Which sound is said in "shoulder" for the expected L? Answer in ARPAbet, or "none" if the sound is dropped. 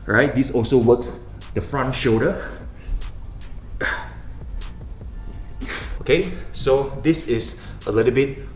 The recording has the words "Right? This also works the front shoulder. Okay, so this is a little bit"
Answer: none